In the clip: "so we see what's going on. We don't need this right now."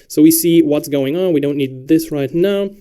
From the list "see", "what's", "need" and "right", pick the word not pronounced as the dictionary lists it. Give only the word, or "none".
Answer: none